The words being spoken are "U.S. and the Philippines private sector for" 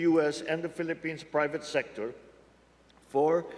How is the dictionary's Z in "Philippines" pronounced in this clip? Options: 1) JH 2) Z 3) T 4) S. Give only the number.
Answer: 4